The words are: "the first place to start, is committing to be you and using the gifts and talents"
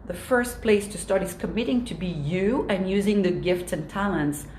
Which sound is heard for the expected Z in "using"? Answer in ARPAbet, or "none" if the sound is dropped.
Z